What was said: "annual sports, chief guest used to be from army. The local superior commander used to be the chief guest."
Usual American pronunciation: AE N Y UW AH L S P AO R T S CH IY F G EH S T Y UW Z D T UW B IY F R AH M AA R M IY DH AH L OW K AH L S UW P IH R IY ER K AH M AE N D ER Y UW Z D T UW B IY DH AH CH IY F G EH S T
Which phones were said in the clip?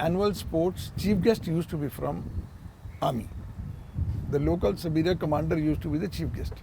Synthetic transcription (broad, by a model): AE N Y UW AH L S P AO R T S CH IY F G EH S T Y UW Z T UW B IY F R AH M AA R M IY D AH L OW K AH L S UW B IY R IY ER K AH M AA N D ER Y UW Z T UW B IY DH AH CH IY F G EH S T